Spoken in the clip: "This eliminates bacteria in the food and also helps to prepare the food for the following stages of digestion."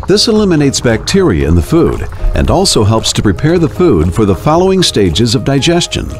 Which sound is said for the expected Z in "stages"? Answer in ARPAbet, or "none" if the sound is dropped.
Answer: Z